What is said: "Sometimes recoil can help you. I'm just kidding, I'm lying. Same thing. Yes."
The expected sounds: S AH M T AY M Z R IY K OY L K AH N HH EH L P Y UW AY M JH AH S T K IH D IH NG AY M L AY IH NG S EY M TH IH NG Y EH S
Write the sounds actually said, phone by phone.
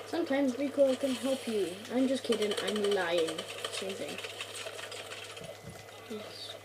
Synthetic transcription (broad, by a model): S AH M T AY M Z W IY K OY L K AH N HH EH L P Y UW AY M JH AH S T K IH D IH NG AY M L AY IH NG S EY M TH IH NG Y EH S